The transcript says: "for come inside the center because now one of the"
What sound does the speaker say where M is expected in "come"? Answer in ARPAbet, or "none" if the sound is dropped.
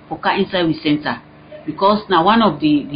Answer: none